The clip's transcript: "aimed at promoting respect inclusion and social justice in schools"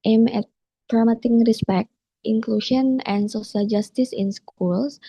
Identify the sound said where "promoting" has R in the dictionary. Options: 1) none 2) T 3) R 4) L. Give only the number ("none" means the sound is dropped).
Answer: 1